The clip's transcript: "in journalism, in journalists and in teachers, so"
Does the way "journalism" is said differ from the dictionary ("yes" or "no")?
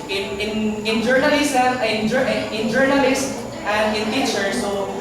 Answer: yes